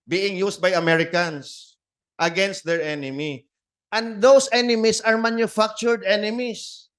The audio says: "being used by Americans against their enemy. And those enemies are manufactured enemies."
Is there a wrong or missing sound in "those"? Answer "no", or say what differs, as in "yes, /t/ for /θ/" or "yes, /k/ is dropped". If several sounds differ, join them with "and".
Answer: yes, /s/ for /z/